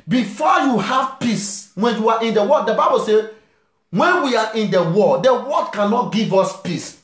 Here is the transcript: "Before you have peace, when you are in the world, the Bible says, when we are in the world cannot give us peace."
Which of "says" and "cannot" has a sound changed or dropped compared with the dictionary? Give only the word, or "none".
says